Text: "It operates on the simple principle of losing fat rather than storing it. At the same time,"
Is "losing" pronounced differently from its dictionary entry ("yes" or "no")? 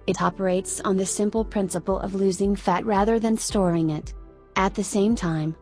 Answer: no